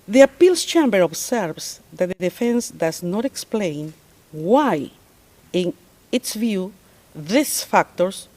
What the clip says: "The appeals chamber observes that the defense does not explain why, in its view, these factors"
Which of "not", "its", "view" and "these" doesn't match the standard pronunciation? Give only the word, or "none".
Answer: these